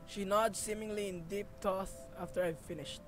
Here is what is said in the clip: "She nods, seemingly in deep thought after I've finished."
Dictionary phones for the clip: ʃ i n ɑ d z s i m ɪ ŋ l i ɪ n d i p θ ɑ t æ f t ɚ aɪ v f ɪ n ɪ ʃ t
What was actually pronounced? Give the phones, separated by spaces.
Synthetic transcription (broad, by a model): ʃ i n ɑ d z s i m ɪ ŋ l i ɪ n d i p t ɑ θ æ f t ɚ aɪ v f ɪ n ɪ ʃ t